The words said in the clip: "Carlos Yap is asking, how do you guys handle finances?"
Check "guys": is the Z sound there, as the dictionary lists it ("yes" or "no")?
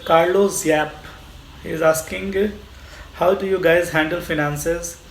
yes